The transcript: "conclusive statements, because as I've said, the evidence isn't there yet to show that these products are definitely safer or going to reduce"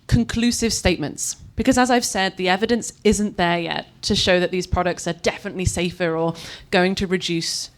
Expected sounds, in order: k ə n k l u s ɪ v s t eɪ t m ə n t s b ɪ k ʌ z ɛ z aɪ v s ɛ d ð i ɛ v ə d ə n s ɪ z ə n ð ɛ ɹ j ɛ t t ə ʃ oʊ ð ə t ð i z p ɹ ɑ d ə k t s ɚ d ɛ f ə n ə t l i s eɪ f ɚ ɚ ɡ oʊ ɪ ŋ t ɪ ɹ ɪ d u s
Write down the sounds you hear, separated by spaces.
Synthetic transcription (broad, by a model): k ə n k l u s ɪ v s t eɪ t m ə n t s b ɪ k ʌ z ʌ z aɪ v s ɛ d ð i ɛ v ə d ə n s ɪ z ə n ð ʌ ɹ j ɛ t t ə ʃ oʊ ð ə t ð i z p ɹ ɑ d ə k t s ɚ d ɛ f ə n ə t l i s eɪ f ɚ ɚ ɡ oʊ ɪ ŋ t ɪ ɹ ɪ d u s